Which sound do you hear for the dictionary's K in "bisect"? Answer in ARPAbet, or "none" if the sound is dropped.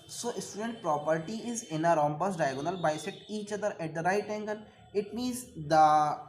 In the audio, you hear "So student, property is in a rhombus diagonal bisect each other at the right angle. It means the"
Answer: none